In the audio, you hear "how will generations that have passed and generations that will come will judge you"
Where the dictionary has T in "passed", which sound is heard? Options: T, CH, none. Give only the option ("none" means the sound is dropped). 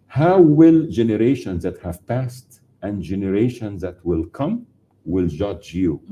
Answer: T